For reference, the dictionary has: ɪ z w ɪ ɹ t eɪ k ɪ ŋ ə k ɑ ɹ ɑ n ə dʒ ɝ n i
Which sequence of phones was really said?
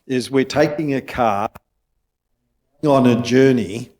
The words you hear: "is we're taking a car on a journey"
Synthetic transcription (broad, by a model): ɪ z w ɪ ɹ t eɪ k ɪ ŋ ə k ɑ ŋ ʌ n ə dʒ ɝ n i